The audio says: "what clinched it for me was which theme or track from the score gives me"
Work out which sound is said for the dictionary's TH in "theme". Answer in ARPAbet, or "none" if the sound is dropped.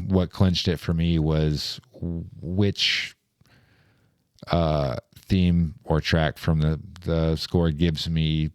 TH